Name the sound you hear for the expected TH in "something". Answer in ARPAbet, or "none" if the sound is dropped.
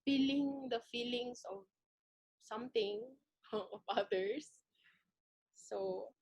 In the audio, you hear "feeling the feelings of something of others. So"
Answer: T